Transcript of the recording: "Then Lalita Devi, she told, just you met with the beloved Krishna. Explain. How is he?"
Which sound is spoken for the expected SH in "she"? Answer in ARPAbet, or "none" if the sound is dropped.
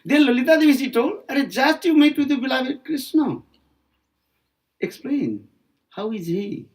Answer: S